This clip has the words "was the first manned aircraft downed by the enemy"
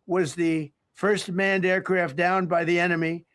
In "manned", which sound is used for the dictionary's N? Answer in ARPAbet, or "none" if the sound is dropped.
N